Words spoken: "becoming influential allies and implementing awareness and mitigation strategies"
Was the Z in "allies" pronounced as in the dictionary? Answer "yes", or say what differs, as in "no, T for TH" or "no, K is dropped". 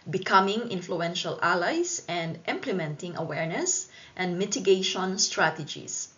no, S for Z